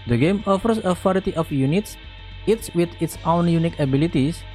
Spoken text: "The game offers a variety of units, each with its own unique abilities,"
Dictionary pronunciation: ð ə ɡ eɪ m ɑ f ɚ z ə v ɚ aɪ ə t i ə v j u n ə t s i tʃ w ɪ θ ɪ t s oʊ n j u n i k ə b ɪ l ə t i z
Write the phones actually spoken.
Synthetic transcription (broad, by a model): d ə ɡ eɪ m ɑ f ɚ s ə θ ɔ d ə t i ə f j u n ə t s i s w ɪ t ɪ t s oʊ n j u n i k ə b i l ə t i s